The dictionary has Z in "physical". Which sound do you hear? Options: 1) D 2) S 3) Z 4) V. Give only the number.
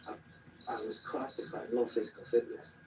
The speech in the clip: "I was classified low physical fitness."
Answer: 3